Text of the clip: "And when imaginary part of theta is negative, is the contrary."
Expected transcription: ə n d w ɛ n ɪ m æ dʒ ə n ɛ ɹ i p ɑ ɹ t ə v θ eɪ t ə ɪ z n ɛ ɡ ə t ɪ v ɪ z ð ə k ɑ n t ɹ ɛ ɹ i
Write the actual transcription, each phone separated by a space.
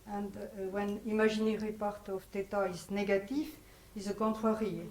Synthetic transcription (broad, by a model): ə n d w ɛ n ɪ m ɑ ʒ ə n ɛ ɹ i p ɑ ɹ t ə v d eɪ t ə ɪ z n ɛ ɡ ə t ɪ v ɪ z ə k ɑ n t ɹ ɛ ɹ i